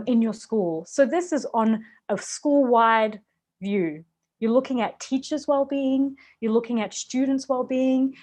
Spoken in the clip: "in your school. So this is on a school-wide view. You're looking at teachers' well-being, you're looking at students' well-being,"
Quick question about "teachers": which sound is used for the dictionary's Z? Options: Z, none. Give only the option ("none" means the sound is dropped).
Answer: Z